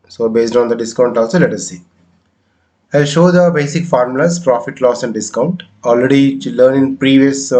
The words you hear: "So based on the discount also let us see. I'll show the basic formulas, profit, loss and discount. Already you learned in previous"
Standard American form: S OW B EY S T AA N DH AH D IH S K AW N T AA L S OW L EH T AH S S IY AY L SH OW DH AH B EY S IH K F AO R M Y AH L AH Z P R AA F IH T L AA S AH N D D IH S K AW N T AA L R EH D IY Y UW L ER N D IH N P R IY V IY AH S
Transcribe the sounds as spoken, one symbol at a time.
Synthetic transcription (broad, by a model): S OW B EY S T AA N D AH D IH S K AW N T AA L S OW L EH T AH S S IY AY L SH OW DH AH B EY S IH K F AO R M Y L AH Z P R AA F IH T L AA S AH N D D IH S K AW N T AA L R EH D IY L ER N IH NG P R IY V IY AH S